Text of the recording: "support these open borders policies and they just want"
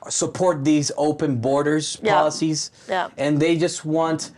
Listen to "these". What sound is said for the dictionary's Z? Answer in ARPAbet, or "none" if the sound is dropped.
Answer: Z